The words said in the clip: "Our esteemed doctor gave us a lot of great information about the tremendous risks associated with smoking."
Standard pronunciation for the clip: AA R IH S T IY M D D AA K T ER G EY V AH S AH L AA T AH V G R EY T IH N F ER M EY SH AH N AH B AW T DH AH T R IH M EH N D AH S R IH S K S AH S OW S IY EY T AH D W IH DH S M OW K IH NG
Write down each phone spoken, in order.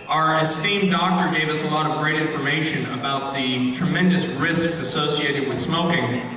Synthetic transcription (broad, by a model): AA R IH S T IY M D D AA K T ER G EY V AH S AH L AA T AH V G R EY T IH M F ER M EY SH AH N AH B AW T DH AH T R IH M EH N D AH S R IH S K S AH S OW S IY EY T AH D W IH DH S M OW K IH NG